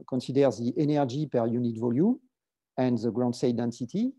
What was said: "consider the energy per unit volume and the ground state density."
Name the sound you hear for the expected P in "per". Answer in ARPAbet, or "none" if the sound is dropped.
P